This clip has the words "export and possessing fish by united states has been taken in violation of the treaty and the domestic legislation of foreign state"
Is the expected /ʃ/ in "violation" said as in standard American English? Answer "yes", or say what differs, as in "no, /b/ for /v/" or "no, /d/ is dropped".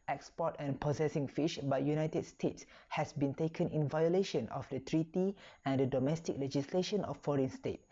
yes